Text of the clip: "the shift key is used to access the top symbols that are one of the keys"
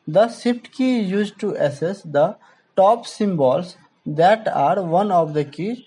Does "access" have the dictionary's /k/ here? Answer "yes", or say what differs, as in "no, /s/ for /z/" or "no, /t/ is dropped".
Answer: no, /k/ is dropped